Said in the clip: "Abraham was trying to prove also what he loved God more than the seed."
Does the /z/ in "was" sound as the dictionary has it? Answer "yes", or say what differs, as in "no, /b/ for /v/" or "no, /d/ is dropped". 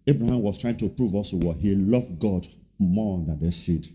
no, /s/ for /z/